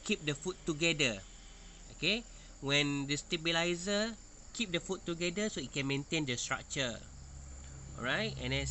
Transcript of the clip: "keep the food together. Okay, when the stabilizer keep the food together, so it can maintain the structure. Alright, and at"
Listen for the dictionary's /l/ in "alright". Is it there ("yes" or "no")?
no